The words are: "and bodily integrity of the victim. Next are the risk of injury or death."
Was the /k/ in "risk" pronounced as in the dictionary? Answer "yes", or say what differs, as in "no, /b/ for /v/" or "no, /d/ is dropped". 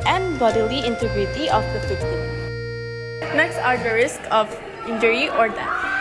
yes